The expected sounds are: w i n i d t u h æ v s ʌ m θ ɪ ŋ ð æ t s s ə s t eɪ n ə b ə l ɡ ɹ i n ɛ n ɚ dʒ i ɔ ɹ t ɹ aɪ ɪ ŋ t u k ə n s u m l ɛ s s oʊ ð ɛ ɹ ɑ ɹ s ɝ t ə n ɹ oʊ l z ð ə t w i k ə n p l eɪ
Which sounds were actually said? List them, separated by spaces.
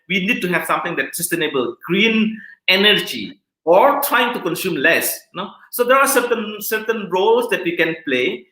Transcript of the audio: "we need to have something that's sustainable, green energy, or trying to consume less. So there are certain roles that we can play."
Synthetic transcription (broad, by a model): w i n i d t u h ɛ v s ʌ m t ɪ ŋ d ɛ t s s ə s t eɪ n ə b ə l ɡ ɹ i n ɛ n ɚ dʒ i ɔ ɹ t ɹ aɪ ɪ ŋ t u k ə n s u m l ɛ s s oʊ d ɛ ɹ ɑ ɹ s ɝ t ə n ɹ oʊ l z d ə t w i k ə n p l eɪ